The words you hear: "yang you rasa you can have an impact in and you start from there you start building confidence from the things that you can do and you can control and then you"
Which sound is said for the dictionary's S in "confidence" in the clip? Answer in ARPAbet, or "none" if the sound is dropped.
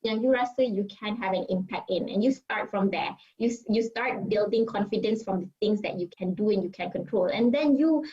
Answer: S